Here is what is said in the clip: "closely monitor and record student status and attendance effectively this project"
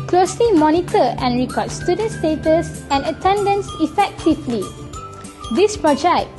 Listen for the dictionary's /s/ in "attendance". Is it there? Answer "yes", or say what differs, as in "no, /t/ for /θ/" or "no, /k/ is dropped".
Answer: yes